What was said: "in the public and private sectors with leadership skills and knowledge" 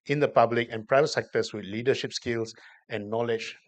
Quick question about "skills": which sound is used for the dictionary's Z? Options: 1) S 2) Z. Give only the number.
1